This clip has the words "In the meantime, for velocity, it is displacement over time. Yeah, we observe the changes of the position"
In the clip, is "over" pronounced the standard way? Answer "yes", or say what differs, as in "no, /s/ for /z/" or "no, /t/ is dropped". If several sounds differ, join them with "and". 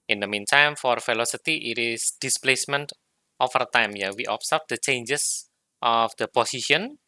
no, /f/ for /v/